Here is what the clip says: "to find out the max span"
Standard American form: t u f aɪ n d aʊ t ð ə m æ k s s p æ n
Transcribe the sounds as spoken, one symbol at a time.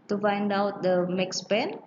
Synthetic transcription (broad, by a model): t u f aɪ n d aʊ t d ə m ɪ k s s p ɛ n